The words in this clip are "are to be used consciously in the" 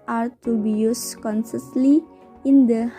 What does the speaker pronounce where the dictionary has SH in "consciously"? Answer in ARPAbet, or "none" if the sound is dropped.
S